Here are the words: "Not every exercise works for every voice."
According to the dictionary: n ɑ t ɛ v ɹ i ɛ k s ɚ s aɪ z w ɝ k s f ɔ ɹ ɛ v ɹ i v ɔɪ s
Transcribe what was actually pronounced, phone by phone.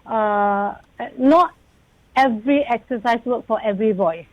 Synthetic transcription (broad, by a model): n ɑ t ɛ v ɹ i ɛ k s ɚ s aɪ s w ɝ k f ɔ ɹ ɛ v ɹ i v ɔɪ s